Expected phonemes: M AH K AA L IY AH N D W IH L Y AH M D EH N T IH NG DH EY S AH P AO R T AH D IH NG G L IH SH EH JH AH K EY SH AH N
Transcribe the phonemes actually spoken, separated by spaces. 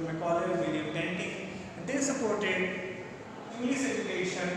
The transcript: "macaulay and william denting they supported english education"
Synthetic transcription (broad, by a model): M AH K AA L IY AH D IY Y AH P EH N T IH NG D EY S AH P AO R T AH D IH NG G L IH S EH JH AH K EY SH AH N